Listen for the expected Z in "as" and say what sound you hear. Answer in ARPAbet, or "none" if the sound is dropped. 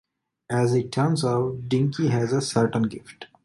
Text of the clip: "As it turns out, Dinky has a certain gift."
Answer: Z